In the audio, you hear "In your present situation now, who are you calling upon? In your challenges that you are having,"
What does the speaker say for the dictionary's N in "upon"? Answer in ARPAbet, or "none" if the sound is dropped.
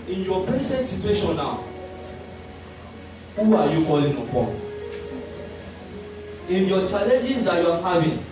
none